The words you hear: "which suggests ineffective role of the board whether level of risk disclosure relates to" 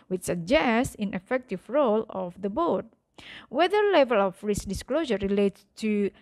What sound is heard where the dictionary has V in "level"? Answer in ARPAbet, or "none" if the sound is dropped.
V